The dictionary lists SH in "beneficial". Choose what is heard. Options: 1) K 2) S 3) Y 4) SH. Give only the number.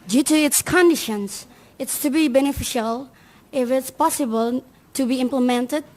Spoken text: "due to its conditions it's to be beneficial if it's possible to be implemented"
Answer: 4